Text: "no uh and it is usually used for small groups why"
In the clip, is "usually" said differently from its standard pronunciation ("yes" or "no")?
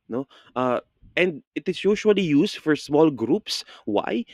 yes